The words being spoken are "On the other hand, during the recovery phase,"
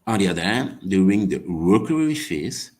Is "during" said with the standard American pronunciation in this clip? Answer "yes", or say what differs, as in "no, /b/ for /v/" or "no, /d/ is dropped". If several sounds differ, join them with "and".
no, /ɹ/ is dropped